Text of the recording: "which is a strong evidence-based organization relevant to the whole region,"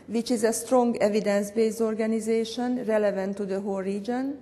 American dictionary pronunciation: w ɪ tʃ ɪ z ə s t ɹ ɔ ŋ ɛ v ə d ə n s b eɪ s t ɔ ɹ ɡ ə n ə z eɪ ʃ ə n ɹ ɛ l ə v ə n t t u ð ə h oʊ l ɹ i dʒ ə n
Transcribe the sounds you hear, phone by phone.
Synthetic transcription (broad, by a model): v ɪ tʃ ɪ z ə s t ɹ ɔ ŋ ɛ v ə d ə n s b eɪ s ɔ ɹ ɡ ə n ə z eɪ ʃ ə n ɹ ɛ l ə v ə n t t u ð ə h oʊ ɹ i dʒ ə n